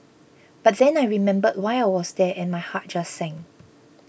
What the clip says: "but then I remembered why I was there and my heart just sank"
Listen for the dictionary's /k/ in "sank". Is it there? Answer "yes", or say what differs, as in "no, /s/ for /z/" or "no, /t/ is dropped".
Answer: no, /k/ is dropped